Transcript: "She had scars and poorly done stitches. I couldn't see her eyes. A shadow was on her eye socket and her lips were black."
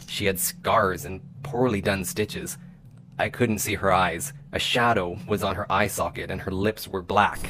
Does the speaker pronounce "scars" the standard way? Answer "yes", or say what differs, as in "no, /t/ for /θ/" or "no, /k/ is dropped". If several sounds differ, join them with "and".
yes